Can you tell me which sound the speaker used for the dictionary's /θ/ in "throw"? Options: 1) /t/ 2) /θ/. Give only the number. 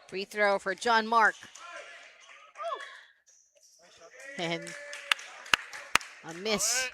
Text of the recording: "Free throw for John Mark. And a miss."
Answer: 2